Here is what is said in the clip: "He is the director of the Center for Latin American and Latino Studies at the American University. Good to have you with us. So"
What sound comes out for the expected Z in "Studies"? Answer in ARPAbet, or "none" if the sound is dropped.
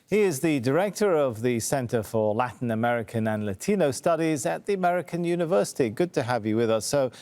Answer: Z